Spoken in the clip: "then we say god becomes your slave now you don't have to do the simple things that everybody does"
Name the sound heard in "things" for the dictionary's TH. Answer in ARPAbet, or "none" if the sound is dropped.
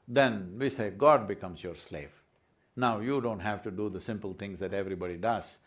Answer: T